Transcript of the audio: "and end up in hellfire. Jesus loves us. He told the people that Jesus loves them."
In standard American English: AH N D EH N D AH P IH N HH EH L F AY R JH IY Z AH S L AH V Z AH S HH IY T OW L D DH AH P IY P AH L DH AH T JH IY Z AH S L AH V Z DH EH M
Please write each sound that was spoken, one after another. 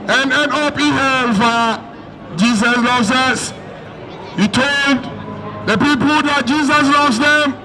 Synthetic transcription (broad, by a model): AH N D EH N AO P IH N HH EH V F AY JH IY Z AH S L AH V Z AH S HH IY T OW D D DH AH P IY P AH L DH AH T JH IY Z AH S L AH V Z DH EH M